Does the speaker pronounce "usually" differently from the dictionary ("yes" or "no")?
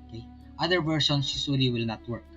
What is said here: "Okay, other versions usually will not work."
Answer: yes